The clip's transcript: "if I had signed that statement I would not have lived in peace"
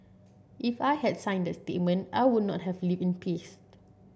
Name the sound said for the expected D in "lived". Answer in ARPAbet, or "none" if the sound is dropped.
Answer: none